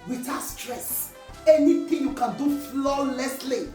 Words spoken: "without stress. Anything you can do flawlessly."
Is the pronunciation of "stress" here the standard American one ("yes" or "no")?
yes